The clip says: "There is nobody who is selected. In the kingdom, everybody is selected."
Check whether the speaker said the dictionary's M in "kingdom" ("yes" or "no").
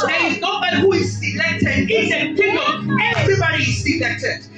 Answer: no